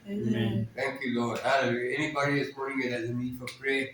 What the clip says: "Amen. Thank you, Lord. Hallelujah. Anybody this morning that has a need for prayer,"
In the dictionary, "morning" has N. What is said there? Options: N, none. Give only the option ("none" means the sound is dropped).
none